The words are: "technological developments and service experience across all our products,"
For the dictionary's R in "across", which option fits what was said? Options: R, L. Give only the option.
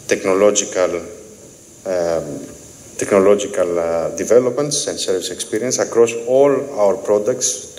R